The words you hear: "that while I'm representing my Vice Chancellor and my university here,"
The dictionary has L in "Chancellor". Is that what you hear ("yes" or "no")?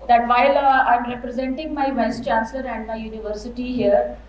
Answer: yes